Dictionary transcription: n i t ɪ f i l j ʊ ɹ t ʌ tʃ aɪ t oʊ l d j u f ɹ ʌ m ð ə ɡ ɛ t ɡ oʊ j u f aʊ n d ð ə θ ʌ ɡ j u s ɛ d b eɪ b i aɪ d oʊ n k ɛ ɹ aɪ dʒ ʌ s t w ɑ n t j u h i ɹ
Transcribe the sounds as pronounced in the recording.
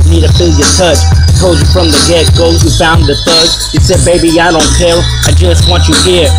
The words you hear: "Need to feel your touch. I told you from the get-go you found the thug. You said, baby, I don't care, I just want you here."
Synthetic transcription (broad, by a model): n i t ɪ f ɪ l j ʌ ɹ t ʌ tʃ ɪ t oʊ l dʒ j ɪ f ɹ ʌ m ð ə ɡ ɛ t ɡ oʊ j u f aʊ n ð ə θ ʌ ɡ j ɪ s ɛ d b eɪ b i aɪ d oʊ n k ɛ l aɪ dʒ ʌ s t w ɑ n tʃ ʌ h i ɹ